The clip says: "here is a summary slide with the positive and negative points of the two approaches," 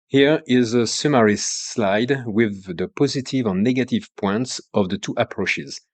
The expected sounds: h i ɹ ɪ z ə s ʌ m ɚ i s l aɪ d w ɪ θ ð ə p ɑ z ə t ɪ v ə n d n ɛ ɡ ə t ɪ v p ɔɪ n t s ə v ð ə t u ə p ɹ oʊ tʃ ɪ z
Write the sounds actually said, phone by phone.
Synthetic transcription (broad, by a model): h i ɹ ɪ z ə s ʌ m ɚ i s l aɪ d w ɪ ð ə p ɑ z ə t ɪ v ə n n ɛ ɡ ə t ɪ v p ɔɪ n t s ə v ð ə t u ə p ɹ oʊ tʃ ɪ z